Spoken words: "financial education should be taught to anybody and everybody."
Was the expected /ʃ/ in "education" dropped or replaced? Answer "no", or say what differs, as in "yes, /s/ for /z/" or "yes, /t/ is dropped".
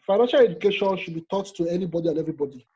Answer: no